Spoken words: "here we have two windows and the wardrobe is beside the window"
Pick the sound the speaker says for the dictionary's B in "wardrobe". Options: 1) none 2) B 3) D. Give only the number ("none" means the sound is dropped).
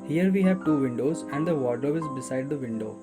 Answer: 1